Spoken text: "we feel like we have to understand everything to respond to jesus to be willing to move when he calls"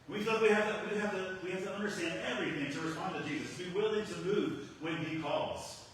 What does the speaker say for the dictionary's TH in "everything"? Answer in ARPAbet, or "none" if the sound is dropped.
TH